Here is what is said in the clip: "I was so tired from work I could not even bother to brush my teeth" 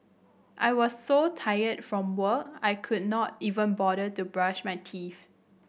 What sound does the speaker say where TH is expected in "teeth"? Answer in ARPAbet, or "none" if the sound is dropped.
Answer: F